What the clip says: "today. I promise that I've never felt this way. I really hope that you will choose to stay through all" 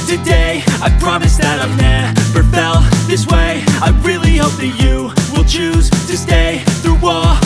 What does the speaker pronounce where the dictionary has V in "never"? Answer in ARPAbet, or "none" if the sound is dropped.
P